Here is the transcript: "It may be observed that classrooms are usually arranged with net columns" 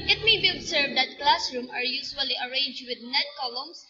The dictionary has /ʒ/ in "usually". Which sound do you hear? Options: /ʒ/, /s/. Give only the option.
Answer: /s/